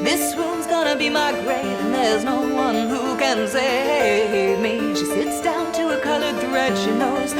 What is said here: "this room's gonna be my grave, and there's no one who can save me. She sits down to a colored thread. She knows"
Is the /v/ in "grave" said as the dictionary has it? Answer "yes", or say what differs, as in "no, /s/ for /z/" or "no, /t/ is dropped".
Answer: no, /v/ is dropped